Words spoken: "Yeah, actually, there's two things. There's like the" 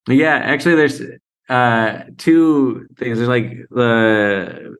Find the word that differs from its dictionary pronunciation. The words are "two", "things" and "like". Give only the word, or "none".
none